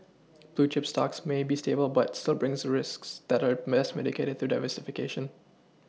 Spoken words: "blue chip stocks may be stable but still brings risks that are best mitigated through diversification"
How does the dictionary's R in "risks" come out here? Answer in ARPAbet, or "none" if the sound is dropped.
R